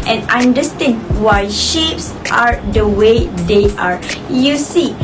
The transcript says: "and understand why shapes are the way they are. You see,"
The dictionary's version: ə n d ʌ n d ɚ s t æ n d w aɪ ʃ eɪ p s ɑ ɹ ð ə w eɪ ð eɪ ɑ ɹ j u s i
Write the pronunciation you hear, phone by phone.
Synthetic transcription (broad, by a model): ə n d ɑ n d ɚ s t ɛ n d w aɪ ʃ eɪ p s ɑ ɹ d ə w eɪ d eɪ ɑ ɹ j u s i